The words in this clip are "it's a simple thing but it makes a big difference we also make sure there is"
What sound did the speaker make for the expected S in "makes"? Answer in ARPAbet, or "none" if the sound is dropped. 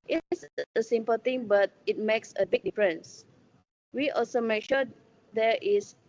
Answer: S